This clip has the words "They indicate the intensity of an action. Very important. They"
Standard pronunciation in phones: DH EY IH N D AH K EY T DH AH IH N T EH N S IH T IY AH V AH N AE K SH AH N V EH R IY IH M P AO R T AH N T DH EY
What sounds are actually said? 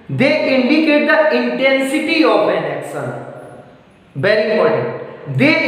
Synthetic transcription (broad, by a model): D EY IH N D AH K EY T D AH IH N T EH N S IH T IY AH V AH N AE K S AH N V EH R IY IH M AO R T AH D EY